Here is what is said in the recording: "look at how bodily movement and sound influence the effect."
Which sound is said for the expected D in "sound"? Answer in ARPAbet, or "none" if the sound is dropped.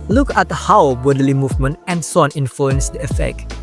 none